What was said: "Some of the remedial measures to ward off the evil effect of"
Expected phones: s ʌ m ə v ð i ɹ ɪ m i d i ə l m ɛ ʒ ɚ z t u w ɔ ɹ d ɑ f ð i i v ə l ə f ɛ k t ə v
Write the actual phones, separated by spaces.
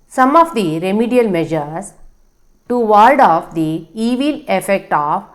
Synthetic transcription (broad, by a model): s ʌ m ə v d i ɹ ɪ m i d i ə l m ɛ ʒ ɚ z t u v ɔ l d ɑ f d i i v ə l ə f ɛ k t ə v